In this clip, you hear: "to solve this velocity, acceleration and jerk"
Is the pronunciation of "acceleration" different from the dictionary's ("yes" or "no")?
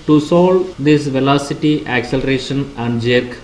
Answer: no